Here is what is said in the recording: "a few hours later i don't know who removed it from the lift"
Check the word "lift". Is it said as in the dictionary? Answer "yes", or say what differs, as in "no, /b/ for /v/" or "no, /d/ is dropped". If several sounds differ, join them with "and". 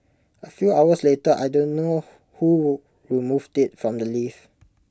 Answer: no, /t/ is dropped